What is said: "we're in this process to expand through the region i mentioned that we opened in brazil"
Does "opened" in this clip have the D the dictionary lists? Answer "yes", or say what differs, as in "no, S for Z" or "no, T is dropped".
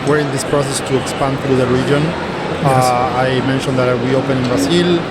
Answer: no, D is dropped